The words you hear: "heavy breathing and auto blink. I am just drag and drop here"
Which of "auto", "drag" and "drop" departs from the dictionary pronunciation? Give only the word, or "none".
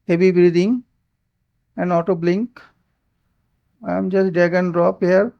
drag